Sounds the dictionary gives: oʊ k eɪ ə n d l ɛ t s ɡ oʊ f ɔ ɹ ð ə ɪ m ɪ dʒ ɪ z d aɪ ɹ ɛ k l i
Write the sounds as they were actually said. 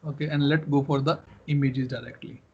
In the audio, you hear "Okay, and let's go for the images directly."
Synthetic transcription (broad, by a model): oʊ k eɪ ə n d l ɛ t ɡ oʊ f ɔ ɹ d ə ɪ m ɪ dʒ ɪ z d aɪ ɹ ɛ k l i